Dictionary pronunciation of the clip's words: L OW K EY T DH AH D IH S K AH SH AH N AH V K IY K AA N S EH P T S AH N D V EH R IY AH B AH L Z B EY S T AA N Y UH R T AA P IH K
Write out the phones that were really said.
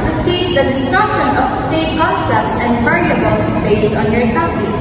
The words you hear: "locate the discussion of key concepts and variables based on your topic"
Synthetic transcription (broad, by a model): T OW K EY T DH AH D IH S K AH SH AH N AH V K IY K AA N S EH P T S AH N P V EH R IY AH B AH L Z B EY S AA N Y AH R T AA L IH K